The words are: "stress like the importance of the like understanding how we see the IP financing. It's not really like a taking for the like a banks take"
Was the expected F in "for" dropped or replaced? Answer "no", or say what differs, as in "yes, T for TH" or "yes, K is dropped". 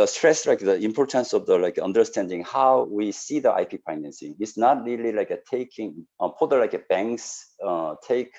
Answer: yes, P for F